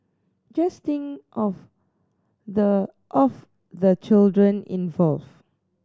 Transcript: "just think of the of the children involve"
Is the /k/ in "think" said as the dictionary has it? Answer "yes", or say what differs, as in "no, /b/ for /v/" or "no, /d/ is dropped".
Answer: no, /k/ is dropped